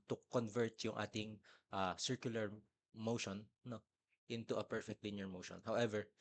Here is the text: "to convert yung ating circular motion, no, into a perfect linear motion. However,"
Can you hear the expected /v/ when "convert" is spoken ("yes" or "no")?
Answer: yes